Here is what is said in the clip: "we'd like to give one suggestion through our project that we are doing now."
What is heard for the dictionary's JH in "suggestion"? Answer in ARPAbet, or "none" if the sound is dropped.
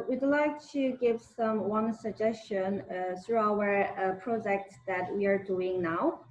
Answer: JH